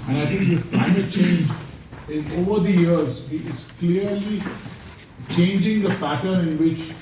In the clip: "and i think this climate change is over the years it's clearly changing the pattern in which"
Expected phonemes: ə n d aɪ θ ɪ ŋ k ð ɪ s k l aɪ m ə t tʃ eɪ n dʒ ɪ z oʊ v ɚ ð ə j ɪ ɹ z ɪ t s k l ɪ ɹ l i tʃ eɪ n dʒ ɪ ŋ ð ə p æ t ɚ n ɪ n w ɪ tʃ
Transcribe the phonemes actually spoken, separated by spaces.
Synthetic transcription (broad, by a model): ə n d aɪ t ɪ ŋ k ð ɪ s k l aɪ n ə tʃ eɪ n dʒ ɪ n oʊ v ɚ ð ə j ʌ ɹ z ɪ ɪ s k l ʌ ɹ l i tʃ eɪ n dʒ ɪ ŋ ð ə p æ t ɚ n ɪ n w ɪ tʃ